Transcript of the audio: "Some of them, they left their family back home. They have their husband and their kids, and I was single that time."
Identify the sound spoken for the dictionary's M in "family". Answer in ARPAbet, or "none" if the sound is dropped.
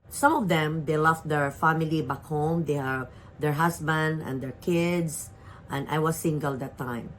M